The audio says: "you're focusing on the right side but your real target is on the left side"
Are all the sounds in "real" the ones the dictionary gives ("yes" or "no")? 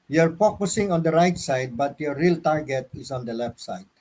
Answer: yes